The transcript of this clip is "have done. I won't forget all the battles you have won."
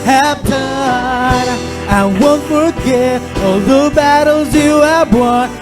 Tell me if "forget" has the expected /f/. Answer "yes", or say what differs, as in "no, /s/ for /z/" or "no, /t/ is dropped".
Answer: yes